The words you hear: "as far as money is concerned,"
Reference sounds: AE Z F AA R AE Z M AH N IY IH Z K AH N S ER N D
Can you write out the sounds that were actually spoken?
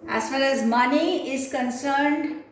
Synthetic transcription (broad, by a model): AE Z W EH L AE Z M AH N IY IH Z K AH N S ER N D